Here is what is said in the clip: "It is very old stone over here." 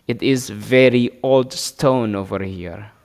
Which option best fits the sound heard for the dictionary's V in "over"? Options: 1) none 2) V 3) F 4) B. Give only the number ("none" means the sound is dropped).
2